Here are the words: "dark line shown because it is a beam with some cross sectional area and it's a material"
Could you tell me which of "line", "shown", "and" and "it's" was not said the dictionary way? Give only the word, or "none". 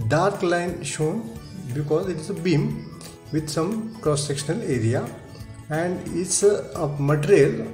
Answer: none